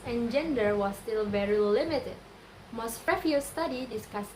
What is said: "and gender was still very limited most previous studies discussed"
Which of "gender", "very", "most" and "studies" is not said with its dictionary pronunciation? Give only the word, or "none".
studies